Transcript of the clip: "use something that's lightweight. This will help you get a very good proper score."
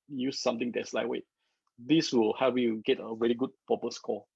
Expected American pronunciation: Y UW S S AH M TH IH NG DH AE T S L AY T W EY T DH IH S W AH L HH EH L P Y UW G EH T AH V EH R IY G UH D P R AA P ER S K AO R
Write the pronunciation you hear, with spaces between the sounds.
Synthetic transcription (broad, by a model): Y UW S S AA M T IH NG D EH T S L AY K W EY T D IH S W AH L HH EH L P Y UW G EH T AH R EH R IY G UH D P AA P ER S K AO